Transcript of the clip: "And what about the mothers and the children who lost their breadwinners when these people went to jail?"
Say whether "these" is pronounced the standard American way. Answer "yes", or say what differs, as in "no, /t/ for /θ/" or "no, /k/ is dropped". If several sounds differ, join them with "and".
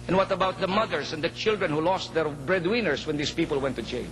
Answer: no, /s/ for /z/